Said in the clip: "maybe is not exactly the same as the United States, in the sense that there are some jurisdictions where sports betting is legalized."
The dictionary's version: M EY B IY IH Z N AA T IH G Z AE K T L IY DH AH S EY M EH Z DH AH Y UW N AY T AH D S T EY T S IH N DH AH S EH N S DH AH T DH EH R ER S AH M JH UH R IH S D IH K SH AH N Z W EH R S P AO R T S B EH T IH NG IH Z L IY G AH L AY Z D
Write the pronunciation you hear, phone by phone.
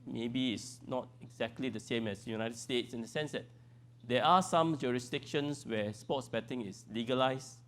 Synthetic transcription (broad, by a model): M EY B IY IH S N AA T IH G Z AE K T L IY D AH S EY M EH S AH Y UW N AY T AH D S T EY T S IH N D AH S EH N S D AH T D EH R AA S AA M JH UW R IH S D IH K SH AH N S W EH S P AO T S B EH T IH NG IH S L IY G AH L AY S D